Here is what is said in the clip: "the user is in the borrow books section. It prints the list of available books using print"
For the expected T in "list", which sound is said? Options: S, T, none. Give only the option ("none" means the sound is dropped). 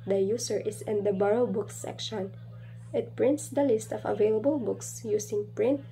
T